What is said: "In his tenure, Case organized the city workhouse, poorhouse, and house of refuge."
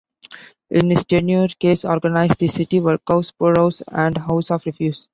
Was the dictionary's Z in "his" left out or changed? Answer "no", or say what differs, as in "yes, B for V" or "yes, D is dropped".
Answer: yes, S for Z